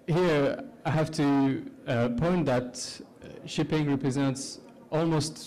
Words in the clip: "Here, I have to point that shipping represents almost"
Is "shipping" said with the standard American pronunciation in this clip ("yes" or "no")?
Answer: yes